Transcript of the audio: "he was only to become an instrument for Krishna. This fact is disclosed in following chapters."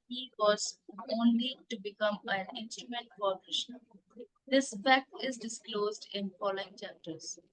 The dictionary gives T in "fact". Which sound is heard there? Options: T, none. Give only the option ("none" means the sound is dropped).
none